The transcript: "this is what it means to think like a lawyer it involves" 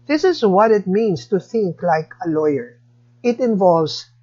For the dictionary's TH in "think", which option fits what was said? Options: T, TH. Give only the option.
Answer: TH